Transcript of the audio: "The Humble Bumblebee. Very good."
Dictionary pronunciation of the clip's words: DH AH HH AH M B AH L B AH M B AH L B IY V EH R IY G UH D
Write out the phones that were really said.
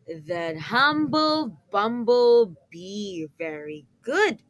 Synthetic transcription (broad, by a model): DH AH HH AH M B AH L B AH M B AH L B IY V EH R IY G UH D